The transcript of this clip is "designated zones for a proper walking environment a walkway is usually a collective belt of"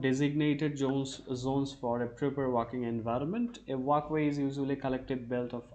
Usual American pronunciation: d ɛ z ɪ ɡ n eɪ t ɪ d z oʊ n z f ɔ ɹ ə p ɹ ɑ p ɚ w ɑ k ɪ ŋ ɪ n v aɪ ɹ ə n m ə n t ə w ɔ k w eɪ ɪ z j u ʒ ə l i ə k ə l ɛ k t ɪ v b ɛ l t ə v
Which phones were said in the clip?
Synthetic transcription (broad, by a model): d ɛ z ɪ ɡ n eɪ t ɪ d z oʊ n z f ɔ ɹ ə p ɹ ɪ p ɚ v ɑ k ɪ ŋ ɪ n v aɪ ɹ ə n m ə n t ə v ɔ k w eɪ ɪ z j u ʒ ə l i k ə l ɛ k t ɪ v b ɛ l t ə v